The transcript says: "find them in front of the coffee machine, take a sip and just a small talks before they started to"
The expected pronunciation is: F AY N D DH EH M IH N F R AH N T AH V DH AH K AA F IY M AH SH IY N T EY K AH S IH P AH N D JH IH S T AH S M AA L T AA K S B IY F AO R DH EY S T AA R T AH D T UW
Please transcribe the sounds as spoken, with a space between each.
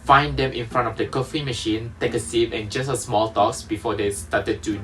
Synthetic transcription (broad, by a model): F AY N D EH M IH N F R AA N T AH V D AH K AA F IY M AH SH IY N T EY K AH S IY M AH N JH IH S AH S M AA L T AA K S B IY F AO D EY S T AA T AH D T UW